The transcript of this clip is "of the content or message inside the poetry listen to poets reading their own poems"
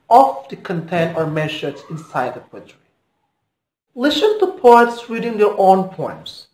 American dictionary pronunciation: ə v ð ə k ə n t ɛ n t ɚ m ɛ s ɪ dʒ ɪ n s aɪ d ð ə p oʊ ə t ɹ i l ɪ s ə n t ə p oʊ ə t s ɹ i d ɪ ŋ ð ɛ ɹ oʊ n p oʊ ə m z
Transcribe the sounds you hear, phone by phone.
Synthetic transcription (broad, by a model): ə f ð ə k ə n t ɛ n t ɚ m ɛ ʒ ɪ z ɪ n s aɪ d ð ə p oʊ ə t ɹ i l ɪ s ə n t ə p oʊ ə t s ɹ i d ɪ ŋ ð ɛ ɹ oʊ n p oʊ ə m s